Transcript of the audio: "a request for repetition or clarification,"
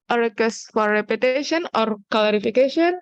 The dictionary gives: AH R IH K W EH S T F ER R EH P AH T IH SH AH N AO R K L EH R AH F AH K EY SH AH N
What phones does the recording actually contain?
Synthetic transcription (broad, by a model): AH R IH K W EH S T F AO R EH P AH T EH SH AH N AO R K L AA R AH F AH K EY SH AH N